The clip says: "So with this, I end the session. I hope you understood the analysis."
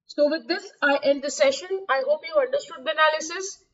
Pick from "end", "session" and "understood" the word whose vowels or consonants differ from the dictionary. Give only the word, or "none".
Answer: none